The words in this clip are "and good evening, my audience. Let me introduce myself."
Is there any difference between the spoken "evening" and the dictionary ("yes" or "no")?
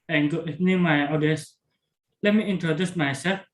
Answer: yes